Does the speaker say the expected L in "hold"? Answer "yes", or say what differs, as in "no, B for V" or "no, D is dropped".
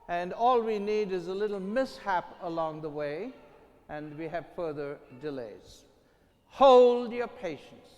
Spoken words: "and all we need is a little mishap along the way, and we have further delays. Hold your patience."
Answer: yes